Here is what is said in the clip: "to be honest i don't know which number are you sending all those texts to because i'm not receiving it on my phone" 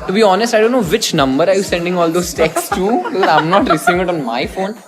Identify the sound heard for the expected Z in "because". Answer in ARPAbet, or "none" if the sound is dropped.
none